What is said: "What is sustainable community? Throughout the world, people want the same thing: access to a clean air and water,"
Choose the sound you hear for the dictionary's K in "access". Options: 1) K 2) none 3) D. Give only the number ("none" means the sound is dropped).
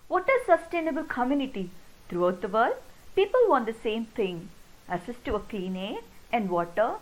2